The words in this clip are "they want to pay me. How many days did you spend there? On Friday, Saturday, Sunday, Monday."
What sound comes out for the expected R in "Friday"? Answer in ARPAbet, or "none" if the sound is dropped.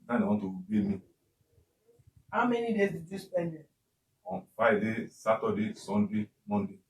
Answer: none